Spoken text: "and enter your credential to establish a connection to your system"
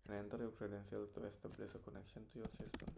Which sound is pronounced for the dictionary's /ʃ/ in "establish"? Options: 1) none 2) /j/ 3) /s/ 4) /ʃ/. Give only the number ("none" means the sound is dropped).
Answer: 3